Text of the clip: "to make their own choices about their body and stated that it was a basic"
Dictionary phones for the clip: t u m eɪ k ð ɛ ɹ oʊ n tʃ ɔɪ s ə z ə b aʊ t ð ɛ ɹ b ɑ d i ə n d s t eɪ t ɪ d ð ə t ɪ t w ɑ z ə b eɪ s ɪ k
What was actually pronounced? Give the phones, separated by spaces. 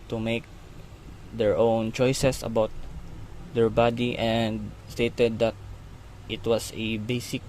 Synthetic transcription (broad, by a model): t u m eɪ k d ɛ ɹ oʊ n tʃ ɔɪ s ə s ə b aʊ t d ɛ ɹ b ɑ d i ə n d s t eɪ t ɪ d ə t ɪ t w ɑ s ə b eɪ s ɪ k